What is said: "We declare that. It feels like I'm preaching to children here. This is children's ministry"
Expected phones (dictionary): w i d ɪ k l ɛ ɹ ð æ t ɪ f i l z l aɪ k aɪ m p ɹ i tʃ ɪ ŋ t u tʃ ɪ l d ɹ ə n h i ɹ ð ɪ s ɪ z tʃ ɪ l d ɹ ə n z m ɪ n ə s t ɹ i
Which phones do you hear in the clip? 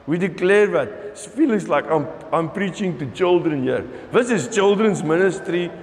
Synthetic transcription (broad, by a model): w i d ɪ k l ɛ ɹ ð æ t f i l s l aɪ k aɪ m p ɹ i tʃ ɪ ŋ t u tʃ ɪ l d ɹ ə n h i ɹ ð ɪ s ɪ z tʃ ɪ l d ɹ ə n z m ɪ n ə s t ɹ i